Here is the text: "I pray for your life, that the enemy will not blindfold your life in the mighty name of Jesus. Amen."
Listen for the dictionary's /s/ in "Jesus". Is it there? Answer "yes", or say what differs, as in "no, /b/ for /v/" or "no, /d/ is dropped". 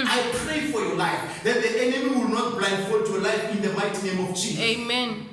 no, /s/ is dropped